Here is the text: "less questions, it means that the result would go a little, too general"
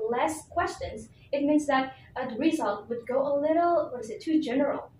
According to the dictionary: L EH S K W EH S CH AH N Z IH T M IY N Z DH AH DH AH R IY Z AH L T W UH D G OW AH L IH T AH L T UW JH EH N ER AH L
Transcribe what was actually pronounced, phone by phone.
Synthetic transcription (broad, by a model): L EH S K W EH S CH AH N Z IH T M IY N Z DH AH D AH R IY Z AH L T W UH D G OW AH L IH T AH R T UW JH EH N ER L